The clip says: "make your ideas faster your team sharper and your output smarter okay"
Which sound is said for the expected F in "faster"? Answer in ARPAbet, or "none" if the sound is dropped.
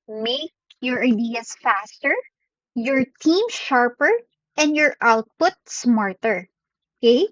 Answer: F